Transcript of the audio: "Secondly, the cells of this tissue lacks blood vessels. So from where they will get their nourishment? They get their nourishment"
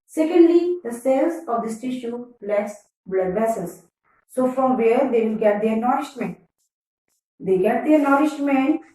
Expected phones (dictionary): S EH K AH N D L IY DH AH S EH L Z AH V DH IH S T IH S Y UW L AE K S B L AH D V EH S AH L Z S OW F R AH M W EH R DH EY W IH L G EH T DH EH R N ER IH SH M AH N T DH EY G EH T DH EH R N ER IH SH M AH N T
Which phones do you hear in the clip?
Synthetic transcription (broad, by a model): S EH K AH N D L IY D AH S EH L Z AH V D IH S T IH SH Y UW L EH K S B L AH D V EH S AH Z S OW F R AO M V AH R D EY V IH L G EH T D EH R N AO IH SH M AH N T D EY G EH T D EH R N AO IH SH M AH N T